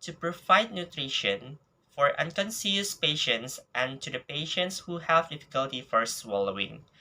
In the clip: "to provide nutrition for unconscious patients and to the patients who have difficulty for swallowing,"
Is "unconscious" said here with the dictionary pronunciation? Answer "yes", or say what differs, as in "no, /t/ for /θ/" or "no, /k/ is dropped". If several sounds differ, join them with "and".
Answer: no, /s/ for /ʃ/